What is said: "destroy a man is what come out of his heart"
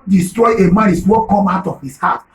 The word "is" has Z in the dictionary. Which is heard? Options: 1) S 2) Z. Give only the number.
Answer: 1